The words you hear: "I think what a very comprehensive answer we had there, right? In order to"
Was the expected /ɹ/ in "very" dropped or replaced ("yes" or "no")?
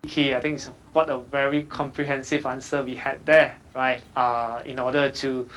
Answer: no